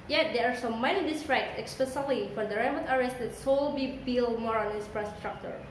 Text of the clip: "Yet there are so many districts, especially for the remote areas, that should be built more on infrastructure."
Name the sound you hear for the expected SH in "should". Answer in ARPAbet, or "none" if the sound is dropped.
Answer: S